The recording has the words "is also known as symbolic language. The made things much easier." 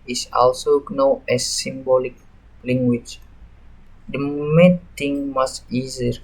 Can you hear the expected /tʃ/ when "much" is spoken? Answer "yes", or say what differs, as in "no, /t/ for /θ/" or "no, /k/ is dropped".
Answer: no, /s/ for /tʃ/